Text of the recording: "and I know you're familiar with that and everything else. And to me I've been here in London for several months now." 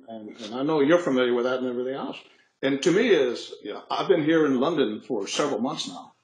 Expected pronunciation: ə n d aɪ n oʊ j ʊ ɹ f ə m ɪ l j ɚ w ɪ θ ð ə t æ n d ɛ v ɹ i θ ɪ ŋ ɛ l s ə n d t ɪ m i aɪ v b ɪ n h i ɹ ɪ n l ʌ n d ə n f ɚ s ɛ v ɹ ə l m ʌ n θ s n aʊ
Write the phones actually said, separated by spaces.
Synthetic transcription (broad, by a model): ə n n aɪ n oʊ j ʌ ɹ f ə m ɪ l j ɚ w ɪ ð ə t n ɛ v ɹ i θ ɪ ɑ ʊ s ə n t ɪ m i aɪ v b ɪ n h i ɹ ɪ n l ʌ n d ə n f ɚ s ɛ v ɹ l m ʌ n θ s n aʊ